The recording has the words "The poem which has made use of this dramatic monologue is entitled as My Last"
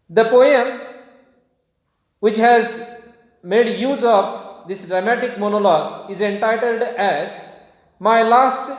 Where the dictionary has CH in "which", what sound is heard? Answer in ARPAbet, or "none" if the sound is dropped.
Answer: CH